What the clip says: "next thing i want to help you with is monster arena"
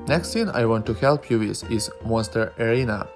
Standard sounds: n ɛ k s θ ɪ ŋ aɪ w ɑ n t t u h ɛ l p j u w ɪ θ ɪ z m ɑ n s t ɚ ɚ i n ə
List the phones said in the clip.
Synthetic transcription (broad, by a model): n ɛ k s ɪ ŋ aɪ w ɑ n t t u h ɛ l p j u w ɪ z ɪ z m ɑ s t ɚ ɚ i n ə